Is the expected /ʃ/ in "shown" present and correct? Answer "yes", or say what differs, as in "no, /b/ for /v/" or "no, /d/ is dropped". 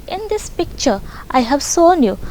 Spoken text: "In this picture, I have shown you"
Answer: no, /s/ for /ʃ/